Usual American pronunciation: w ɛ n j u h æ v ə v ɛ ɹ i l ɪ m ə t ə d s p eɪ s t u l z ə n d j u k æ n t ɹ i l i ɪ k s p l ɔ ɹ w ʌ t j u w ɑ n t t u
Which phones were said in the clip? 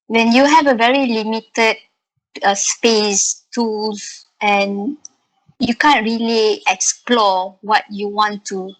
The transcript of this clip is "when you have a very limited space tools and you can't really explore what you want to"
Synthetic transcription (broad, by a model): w ɛ n j u h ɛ v ə v ɛ ɹ i l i m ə t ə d s p eɪ s t u l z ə n j u k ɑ n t ɹ i l i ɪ k s p l ɔ w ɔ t j u w ɑ n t t u